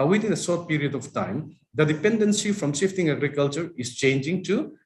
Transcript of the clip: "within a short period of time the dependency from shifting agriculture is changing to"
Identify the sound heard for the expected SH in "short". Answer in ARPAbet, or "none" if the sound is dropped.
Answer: S